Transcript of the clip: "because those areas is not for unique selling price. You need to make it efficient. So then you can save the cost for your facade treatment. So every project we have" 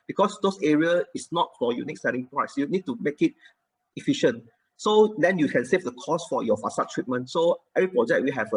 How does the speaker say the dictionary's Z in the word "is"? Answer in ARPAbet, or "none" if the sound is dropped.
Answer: S